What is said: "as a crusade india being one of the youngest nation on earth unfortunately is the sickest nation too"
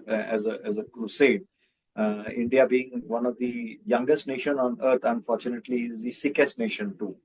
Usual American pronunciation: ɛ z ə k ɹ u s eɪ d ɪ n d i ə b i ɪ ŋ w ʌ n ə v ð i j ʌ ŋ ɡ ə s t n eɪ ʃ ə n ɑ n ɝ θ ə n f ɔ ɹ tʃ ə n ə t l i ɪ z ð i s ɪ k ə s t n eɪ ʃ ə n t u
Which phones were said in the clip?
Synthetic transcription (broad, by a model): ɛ z ə k ɹ u s eɪ d ɪ n d i ə b i ɪ ŋ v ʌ n ə v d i j ʌ ŋ ɡ ə s t n eɪ ʃ ə n ɑ n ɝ t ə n f ɔ ɹ tʃ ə n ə t l i ɪ z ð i s ɪ k ə s t n eɪ ʃ ə n t u